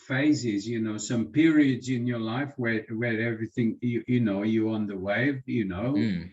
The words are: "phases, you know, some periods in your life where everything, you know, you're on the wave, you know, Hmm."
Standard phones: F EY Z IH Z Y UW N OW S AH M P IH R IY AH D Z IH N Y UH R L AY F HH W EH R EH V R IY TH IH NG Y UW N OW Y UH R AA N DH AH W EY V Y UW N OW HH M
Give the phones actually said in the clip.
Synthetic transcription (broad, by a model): F EY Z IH Z Y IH N OW S AH M P IH R IY AH D Z IH N Y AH R L AY F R W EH R EH V R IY TH IH NG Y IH N OW Y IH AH N DH AH W EY V Y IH N OW